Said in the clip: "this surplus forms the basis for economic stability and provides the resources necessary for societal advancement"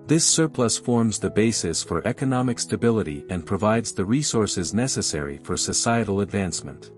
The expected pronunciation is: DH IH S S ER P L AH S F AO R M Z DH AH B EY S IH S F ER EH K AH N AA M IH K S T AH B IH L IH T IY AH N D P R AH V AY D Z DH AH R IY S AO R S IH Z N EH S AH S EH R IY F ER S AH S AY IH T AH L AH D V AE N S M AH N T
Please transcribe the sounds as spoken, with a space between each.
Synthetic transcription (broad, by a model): DH IH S S ER P L AH S F AO R M Z DH AH B EY S IH S F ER EH K AH N AA M IH K S T AH B IH L IH T IY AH N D P R AH V AY D Z DH AH R IY S AO R S IH Z N EH S AH S EH R IY F ER S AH S AY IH T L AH D V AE N S M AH N T